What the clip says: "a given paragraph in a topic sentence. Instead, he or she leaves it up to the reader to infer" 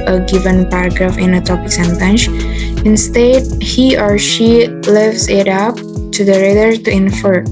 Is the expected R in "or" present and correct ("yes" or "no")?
yes